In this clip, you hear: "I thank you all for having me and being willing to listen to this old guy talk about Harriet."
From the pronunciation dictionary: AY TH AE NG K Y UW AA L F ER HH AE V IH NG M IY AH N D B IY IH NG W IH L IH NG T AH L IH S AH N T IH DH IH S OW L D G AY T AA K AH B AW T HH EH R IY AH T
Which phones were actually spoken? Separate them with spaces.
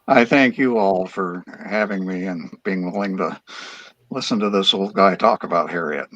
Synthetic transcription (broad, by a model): AY TH AE NG K Y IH AA L F ER HH AE V IH NG M IY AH N B IY IH NG W IH L IH NG T AH L IH S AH N T IH DH IH S OW L D G AY T AA K AH B AW T HH EH R IY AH T